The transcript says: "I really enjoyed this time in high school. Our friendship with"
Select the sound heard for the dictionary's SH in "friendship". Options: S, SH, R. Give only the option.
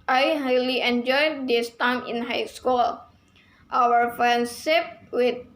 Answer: S